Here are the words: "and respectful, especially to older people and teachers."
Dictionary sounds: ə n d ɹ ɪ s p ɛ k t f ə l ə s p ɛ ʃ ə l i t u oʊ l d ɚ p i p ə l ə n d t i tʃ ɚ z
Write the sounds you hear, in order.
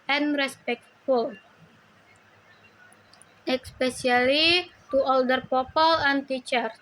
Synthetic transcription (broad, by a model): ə n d ɹ ɪ s p ɛ k t f ə l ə s p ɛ s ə l i t u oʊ l d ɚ p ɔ p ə l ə n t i tʃ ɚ